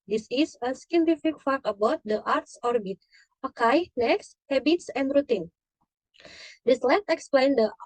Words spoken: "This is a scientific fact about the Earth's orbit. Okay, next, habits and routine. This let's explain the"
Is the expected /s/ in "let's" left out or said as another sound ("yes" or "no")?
yes